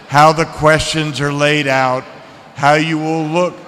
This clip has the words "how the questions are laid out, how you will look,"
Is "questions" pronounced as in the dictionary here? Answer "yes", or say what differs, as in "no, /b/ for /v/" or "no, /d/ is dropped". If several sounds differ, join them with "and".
yes